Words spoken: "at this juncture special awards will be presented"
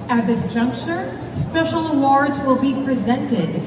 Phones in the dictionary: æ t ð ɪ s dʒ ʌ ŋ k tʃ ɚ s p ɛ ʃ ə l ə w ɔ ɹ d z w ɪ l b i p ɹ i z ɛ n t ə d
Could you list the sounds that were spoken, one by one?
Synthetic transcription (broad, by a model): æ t ð ɪ s dʒ ʌ ŋ k tʃ ɚ s p ɛ ʃ l ə w ɔ ɹ d z w ɪ l b i p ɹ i z ɛ n t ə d